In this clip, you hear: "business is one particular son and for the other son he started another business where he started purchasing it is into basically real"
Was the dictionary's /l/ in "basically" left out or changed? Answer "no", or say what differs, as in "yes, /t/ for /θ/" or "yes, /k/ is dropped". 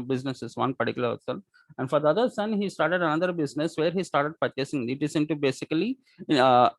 yes, /l/ is dropped